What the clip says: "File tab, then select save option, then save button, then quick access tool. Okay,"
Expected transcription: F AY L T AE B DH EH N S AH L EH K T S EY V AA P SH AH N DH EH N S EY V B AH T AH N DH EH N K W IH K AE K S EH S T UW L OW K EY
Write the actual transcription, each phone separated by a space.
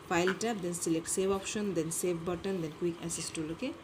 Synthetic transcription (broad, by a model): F AY L T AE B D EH N S AH L EH K T S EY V AA P SH AH N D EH N S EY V B AH T AH N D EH N K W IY K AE S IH S T UW L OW K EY